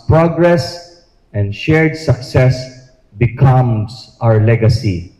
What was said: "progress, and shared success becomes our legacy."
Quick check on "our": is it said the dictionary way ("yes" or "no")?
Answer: yes